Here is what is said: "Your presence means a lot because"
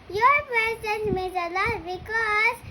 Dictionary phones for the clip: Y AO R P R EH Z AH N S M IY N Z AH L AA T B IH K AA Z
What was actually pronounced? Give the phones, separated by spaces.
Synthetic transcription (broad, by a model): Y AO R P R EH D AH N M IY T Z AH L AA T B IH K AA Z